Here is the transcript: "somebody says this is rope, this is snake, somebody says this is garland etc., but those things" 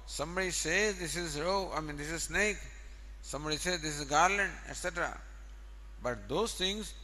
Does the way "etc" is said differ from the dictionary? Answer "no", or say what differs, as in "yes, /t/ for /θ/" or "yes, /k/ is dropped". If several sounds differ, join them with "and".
no